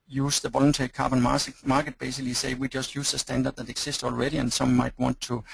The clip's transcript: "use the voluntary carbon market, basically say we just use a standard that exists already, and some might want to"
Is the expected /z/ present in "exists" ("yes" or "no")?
no